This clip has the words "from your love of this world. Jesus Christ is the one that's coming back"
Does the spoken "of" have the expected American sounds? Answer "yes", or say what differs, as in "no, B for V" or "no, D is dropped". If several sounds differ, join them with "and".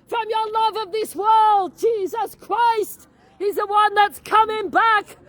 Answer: yes